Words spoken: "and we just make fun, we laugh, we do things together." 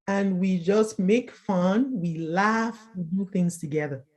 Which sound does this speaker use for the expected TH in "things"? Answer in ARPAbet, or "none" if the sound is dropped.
TH